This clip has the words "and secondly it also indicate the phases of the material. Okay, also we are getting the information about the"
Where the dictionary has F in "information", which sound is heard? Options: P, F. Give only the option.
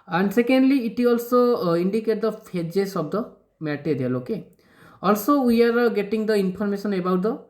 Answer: P